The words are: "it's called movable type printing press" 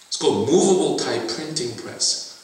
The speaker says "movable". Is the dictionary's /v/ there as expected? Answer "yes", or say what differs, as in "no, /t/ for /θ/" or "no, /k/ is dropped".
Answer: yes